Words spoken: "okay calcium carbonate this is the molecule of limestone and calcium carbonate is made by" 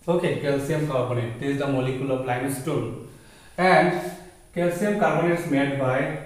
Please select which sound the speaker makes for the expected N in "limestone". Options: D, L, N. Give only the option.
L